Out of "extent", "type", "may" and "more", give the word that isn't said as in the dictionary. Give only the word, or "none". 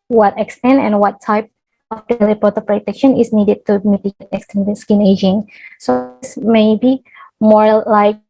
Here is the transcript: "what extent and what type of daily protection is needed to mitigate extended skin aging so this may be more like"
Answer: none